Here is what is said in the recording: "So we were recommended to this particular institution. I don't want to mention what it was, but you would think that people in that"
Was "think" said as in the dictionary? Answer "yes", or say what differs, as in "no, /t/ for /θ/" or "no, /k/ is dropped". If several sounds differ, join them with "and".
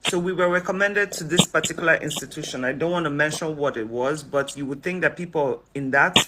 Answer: yes